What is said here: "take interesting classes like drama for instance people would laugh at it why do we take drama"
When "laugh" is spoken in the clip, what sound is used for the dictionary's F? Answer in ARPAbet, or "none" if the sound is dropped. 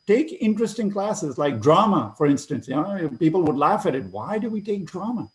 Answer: F